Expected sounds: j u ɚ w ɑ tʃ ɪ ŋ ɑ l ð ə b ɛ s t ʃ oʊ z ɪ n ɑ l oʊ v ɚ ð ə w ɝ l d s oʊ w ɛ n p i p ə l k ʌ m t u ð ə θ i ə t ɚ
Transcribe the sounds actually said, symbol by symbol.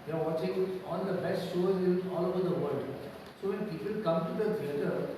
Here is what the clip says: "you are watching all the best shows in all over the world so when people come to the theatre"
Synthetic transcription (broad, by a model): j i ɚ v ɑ tʃ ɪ ŋ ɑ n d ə b ɛ s t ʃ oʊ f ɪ l ɑ l oʊ v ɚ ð ə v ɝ l d s oʊ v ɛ n p i p ə l k ʌ m t u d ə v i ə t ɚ